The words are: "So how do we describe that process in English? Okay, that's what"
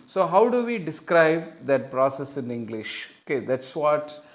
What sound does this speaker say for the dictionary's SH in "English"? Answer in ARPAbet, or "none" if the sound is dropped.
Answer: SH